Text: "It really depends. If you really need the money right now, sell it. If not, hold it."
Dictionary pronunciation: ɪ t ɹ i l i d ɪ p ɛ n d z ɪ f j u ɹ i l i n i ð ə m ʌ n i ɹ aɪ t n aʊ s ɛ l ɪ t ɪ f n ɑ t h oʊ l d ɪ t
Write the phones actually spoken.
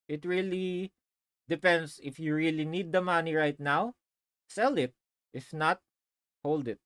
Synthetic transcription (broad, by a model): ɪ t ɹ i l i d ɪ p ɛ n d s ɪ f j u ɹ i l i n i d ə m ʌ n i ɹ aɪ t n aʊ s ɛ l ɪ t ɪ f n ɑ t h oʊ l d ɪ t